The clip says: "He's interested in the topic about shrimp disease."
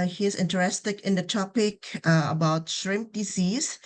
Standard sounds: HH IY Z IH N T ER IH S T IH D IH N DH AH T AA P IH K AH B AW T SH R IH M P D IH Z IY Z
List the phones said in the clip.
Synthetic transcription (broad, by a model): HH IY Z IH N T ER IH S T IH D IH N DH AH T AA P IH K AH B AW T SH R IH M P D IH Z IY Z